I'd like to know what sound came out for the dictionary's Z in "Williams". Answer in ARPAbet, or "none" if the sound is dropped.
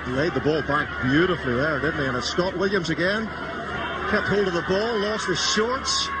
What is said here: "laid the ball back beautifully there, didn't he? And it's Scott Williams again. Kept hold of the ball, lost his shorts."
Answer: Z